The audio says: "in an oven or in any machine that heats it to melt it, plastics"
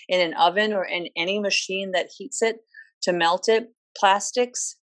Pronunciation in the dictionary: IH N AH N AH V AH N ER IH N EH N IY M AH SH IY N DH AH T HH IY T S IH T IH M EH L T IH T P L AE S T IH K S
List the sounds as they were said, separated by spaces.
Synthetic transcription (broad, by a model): IH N AH N AH V AH N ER IH N EH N IY M AH SH IY N DH AH T HH IY T S IH T IH M EH L T IH T P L AE S T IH K S